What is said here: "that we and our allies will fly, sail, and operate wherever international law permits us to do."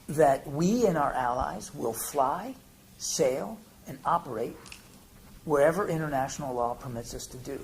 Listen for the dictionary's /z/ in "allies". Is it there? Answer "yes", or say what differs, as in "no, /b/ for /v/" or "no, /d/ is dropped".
yes